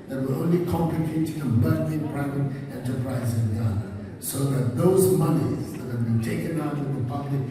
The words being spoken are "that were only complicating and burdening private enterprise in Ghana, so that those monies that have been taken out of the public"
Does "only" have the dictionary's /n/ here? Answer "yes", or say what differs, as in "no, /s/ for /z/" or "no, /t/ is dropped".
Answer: yes